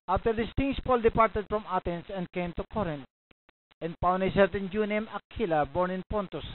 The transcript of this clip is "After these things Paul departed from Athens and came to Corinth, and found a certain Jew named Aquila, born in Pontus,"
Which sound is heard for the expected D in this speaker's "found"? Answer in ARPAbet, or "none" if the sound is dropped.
none